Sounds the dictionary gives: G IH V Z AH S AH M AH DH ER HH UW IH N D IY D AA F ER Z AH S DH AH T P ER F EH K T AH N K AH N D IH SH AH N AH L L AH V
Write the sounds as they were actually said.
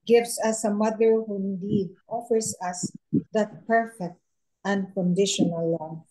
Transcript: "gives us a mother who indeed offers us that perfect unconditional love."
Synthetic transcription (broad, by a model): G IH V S AH S AH M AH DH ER HH UW IH N D IY D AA F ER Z AH S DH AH T P ER F EH K T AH N K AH N D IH SH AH N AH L L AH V